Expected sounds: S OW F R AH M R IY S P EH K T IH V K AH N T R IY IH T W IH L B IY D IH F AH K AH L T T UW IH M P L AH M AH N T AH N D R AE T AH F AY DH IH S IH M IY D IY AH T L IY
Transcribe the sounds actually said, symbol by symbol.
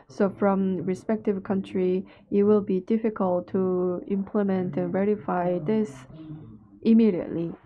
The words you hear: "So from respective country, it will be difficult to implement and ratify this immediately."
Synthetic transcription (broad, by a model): S OW F R AH M R IY S P EH K T IH V K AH N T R IY IH T W IH L B IY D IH F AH K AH L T T UW IH M P L AH M AH N T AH N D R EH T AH F AY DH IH S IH M IY D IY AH T L IY